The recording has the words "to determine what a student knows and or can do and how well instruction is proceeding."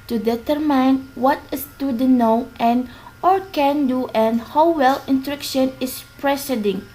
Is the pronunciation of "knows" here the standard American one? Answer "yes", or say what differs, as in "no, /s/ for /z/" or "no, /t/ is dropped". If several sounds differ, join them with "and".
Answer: no, /z/ is dropped